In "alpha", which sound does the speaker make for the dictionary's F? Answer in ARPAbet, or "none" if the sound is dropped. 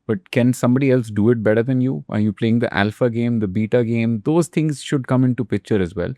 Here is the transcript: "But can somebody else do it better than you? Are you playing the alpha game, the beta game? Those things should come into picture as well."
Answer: F